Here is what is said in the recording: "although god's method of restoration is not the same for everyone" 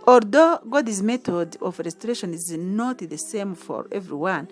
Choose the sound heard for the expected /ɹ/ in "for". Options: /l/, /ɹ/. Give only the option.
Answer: /ɹ/